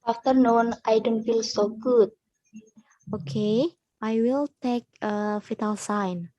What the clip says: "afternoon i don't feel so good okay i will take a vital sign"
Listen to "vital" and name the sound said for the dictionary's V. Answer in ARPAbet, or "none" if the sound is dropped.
F